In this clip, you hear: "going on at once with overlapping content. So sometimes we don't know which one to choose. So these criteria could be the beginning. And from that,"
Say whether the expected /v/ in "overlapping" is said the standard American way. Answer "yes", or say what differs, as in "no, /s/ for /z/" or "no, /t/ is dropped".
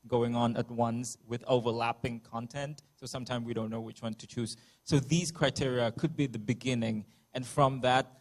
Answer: yes